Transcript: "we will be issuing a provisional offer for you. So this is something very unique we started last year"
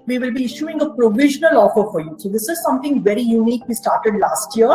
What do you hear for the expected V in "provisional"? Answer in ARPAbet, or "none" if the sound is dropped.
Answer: V